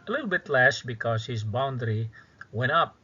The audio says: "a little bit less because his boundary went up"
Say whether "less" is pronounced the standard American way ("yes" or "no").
no